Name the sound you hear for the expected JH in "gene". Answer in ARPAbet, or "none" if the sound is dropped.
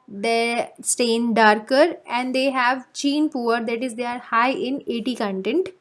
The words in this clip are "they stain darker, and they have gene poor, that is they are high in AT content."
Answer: CH